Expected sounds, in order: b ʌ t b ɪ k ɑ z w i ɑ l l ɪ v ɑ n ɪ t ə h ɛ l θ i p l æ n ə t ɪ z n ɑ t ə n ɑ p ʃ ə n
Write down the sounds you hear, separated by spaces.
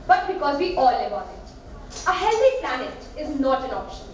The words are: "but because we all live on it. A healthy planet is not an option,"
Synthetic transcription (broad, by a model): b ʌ t b ɪ k ɑ z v i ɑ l l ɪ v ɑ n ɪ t ə h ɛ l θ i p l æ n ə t ɪ z n ɑ t ə n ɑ p ʃ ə n